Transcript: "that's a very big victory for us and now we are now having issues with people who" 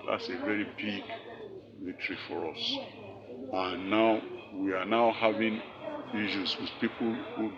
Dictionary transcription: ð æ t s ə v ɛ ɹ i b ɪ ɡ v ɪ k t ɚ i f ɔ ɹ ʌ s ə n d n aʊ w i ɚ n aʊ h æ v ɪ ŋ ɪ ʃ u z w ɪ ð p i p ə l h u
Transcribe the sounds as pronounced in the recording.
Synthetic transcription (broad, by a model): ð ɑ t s ə v ɛ ɹ i b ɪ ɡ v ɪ t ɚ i f ɔ ɹ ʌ s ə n n aʊ w i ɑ n aʊ h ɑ v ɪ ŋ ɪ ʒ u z w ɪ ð p i p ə l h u